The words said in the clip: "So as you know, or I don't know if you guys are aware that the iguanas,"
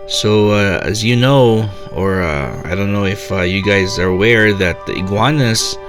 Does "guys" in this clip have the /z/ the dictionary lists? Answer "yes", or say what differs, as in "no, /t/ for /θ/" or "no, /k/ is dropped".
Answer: yes